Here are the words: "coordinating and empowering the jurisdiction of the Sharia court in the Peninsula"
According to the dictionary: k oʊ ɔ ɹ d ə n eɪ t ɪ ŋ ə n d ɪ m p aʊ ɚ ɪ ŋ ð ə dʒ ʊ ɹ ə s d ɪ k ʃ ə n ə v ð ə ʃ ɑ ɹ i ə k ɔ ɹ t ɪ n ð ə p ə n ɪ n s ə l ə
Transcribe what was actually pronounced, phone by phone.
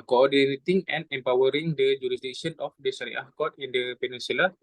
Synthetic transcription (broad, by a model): k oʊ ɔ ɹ d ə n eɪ t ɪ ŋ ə n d ɪ m p aʊ ɚ ɪ ŋ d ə dʒ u ɹ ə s d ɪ k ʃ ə n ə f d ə s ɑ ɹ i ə k ɔ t ɪ n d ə p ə n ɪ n s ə l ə